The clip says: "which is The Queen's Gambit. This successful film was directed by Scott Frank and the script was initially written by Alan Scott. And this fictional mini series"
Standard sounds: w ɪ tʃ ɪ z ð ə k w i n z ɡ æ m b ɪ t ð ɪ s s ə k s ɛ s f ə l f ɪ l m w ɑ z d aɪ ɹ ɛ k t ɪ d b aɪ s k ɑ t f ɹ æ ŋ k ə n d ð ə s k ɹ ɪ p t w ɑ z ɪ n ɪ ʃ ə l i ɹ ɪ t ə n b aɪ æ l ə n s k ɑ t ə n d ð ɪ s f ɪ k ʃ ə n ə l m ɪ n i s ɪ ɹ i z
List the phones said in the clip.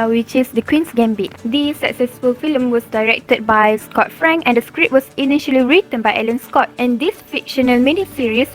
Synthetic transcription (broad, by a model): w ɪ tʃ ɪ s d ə k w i n s ɡ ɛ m b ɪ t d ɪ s s ə k s ɛ s f ə l f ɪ l m w ɑ s d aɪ ɹ ɛ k t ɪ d b aɪ s k ɑ t f ɹ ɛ ŋ k ə n d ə s k ɹ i t w ɑ s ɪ n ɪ ʃ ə l i ɹ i t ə n b aɪ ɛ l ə n s k ɑ t ə n d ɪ s f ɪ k ʃ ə n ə l m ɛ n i s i ɹ i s